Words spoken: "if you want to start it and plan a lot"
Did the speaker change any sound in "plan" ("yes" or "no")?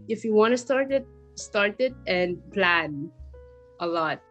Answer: no